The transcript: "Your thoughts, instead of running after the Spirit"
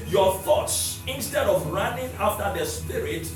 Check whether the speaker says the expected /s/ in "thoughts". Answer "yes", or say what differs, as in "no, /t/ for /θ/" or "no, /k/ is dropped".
yes